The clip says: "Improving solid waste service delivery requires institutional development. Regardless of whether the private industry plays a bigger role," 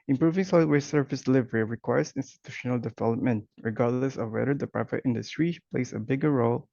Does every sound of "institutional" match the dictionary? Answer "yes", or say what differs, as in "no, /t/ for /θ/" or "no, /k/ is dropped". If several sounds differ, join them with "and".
yes